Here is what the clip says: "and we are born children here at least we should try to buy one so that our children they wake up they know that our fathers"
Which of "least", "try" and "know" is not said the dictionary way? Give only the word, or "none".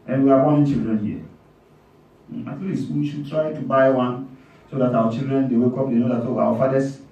none